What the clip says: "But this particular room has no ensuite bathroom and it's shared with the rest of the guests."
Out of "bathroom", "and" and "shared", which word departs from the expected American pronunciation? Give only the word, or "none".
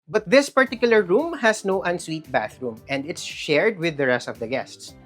none